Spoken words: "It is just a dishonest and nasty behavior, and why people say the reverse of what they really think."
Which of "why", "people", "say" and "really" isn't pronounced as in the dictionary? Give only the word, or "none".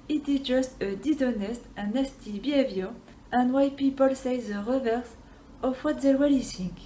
really